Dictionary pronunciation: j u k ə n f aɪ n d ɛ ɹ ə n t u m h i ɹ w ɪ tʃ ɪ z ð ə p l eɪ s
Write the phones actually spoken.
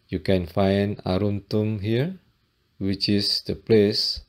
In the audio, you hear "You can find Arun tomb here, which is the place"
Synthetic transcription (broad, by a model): j u k ə n f aɪ n d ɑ ɹ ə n t u m h i ɹ w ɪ tʃ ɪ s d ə p l eɪ s